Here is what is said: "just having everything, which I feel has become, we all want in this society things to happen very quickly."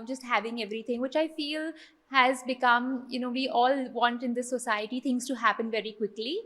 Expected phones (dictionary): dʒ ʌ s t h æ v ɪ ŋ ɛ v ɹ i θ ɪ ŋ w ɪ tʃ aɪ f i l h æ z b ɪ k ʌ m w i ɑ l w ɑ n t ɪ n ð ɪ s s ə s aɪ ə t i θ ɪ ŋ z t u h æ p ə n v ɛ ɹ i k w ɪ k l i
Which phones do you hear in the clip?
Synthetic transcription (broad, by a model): dʒ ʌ s t h æ v ɪ ŋ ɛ v ɹ i t ɪ ŋ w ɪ tʃ aɪ f i l h æ z b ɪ k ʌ m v i ɑ l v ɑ n t ɪ n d ɪ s s ə s aɪ ə t i t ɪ ŋ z t u h æ p ə n v ɛ ɹ i k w ɪ k l i